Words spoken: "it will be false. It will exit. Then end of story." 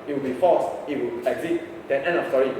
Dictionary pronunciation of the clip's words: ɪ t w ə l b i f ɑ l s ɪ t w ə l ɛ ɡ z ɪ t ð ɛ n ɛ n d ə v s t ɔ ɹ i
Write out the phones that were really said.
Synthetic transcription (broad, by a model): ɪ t w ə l b i f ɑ s ɪ t w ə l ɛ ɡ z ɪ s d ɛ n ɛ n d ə f s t ɔ ɹ i